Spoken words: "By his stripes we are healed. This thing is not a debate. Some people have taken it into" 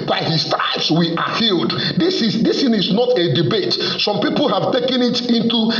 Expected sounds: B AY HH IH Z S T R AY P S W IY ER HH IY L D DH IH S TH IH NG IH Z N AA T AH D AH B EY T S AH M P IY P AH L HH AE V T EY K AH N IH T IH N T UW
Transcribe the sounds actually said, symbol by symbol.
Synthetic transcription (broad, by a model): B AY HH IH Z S T AY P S W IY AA HH IY L D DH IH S S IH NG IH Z N AA T AH D AH B EY T S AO M P IY P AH L HH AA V T EY K AH N IH T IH N T UW